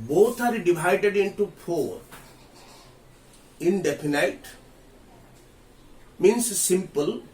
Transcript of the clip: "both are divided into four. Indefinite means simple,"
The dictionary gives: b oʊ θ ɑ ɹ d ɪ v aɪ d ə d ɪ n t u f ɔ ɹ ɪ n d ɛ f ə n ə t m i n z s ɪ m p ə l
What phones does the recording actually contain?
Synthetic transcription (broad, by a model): b oʊ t ɑ ɹ d ɪ v aɪ d ə d ɪ n t u p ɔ ɹ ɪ n d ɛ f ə n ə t m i n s s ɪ m p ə l